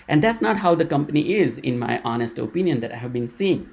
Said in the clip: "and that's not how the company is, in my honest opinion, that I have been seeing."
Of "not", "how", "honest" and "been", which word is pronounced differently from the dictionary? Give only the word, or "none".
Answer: none